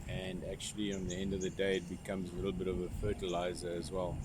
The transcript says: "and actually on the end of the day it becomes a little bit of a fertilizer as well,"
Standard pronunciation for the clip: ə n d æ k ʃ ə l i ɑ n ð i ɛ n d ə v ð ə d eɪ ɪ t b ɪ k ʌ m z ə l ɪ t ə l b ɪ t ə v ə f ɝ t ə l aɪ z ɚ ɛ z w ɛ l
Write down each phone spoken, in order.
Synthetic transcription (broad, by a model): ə n d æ k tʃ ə l i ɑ n ð i ɛ n d ə v ð ə d eɪ ɪ t b ɪ k ʌ m z ə l ɪ t l b ɪ t ə v ə f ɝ t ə l aɪ z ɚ z w ɛ l